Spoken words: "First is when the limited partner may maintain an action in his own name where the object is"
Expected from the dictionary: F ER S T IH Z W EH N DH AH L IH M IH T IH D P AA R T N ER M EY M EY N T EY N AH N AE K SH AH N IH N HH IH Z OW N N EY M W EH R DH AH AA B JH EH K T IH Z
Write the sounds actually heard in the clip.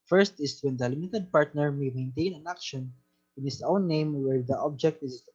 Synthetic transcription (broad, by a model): F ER S T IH S W EH N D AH L IH M IH T IH D P AA R T N ER M EY M EY N T EY N AH N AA K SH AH N IH N HH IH S OW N N EY M W EH R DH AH AA B JH EH K T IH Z